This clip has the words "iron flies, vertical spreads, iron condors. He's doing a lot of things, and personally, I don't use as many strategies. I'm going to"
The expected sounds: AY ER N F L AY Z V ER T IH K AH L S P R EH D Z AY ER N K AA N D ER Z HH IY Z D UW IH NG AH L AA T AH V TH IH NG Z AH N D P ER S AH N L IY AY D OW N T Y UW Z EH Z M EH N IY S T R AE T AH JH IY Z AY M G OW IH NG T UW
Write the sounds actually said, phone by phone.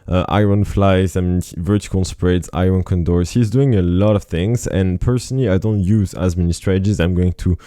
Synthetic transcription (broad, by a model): AY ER N F L AY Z V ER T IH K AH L S P R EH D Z AY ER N K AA N D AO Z HH IY Z D UW IH NG AH L AA T AH V TH IH NG Z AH N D P ER S AH N L IY AY D OW N T Y UW Z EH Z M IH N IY S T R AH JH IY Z AY M G OW IH NG T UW